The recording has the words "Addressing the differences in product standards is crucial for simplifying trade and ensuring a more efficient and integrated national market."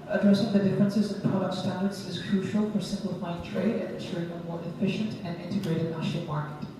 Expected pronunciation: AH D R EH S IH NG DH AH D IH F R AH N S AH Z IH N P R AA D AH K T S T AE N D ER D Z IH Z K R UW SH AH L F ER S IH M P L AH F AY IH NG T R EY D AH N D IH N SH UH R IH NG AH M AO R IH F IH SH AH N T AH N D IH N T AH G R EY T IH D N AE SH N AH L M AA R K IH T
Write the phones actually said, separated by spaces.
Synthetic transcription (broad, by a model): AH D R EH S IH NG DH AH D IH F R AH N S AH Z IH N P R AA D AH K T S T AE N D ER D Z IH Z K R UW SH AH L F ER S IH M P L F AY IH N T R EY D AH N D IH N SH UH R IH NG AH M AO R IH F IH SH AH N T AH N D IH N T AH G R EY T IH D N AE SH AH M AA R K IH T